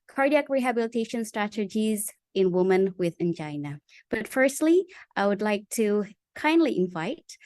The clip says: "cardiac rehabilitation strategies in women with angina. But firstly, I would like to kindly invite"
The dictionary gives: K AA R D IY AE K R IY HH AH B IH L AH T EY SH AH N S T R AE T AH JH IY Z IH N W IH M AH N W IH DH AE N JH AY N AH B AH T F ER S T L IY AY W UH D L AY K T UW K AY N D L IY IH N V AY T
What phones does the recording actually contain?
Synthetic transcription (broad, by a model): K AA R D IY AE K R IY HH AH B IH L AH T EY SH AH N S T R AE T AH JH IY Z IH N W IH M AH N W IH DH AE N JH AY N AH B AH T F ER S T L IY AY W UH D L AY K T UW K AY N D L IY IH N V AY T